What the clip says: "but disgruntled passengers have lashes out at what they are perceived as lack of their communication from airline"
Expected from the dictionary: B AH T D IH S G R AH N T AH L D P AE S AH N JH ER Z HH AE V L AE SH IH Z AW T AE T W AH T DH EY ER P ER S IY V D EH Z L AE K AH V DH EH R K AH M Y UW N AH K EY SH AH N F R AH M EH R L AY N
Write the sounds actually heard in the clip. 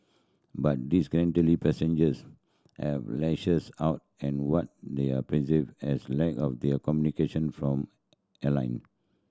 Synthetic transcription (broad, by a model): B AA T D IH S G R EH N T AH L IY P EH S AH N JH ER S HH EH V L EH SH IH S AW T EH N W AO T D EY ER P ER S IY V EH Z L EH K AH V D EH K AH M Y UW N AH K EY SH AH N F R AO M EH L AY N